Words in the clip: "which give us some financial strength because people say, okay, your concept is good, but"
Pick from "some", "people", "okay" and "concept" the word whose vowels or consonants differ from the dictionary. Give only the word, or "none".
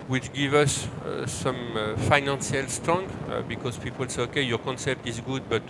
none